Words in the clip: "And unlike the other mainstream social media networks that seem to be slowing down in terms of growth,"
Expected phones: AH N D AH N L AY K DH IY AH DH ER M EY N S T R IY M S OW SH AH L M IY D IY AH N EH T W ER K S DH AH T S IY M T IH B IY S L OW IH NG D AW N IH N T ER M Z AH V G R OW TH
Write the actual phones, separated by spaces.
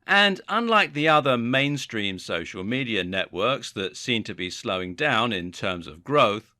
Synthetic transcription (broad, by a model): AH N AH N L AY K DH IY AH DH ER M EY N S T R IY M S OW SH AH L M IY D IY AH N EH T W ER K S DH AH T S IY M T IH B IY S L OW IH NG D AW N IH N T ER M Z AH V G R OW TH